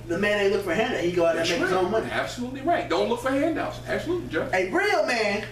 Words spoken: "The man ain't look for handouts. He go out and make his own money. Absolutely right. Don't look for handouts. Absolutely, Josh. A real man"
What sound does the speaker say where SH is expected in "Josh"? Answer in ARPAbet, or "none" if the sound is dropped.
none